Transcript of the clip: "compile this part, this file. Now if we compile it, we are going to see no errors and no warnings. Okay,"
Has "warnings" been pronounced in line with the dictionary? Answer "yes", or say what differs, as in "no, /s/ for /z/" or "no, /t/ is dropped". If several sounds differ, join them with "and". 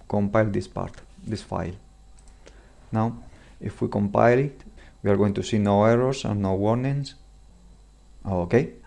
no, /s/ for /z/